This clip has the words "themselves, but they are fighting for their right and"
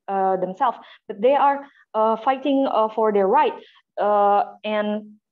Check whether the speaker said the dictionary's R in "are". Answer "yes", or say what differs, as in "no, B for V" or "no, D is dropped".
yes